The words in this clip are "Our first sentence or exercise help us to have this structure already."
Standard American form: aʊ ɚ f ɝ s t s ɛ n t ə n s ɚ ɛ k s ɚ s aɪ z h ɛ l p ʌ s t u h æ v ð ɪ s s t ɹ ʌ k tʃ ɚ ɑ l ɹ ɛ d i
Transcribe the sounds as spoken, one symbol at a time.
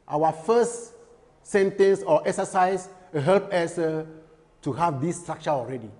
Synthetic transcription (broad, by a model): aʊ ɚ f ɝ s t s ɛ n t ə n s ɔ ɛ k s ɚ s aɪ s h ɛ l p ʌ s t u h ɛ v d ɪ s s t ɹ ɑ k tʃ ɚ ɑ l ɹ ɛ d i